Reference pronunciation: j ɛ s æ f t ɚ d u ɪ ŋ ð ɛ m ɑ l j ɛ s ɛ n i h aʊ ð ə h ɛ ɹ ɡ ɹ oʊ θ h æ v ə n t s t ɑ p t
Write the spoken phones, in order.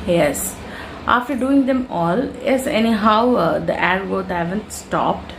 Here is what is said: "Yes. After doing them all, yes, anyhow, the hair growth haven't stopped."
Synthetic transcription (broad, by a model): j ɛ s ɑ f t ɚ d u ɪ ŋ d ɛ m ɑ l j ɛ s ɛ n i h aʊ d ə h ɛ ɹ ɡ oʊ t h æ v ə n t s t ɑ p t